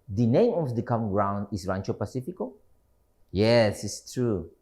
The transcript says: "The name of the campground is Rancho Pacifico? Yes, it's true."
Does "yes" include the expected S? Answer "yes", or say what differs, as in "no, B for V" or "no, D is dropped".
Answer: yes